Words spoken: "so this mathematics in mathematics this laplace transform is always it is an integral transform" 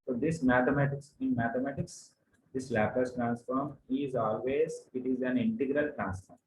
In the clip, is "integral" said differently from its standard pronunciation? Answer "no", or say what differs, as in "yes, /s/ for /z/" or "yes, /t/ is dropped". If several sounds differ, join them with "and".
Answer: no